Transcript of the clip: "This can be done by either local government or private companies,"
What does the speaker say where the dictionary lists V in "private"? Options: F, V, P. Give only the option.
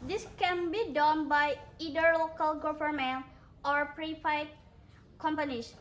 F